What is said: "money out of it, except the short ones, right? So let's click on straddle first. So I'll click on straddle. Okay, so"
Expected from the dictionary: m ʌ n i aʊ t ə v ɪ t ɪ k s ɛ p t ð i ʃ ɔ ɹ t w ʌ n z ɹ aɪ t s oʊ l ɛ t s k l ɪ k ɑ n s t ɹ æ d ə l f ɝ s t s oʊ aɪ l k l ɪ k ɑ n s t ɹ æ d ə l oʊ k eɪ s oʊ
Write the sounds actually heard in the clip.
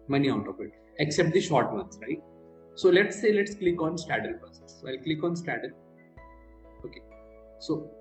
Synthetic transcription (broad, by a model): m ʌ n i aʊ t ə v ɪ t ɪ k s ɛ p t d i ʃ ɔ ɹ t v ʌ n s ɹ aɪ t s oʊ l ɛ t s k l ɪ k ɑ n s t æ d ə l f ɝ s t s oʊ aɪ l k l ɪ k ɑ n s t æ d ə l oʊ k eɪ s oʊ